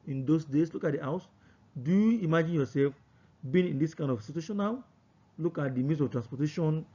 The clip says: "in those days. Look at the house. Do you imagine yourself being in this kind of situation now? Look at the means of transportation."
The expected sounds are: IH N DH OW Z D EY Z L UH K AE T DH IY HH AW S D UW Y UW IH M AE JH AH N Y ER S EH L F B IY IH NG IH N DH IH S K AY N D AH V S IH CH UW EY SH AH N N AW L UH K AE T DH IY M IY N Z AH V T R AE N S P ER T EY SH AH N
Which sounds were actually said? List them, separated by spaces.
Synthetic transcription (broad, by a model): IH N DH OW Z D EY S L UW K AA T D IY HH AW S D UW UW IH M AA JH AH N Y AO S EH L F B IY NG IH N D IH S K AY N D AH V S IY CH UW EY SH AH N N AW L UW K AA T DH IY M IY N S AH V T R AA N S P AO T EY SH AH N